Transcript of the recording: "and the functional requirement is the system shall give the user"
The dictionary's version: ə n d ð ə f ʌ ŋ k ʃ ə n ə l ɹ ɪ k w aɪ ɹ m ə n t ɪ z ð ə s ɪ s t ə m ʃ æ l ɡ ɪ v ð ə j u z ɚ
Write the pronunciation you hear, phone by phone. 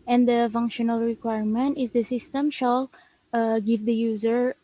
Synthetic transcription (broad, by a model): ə n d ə f ʌ ŋ k ʃ ə n ə l ɹ ɪ k w aɪ ɹ m ə n t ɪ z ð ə s ɪ s t ə m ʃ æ l ɡ ɪ v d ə j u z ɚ